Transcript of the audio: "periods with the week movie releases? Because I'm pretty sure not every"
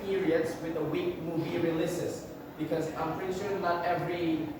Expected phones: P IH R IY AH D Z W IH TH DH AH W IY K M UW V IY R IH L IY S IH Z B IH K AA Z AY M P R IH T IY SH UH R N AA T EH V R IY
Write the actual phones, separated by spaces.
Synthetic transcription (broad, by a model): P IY R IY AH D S W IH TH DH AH W IY K M UW V IY R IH L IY S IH S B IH K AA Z AY M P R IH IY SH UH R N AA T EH V R IY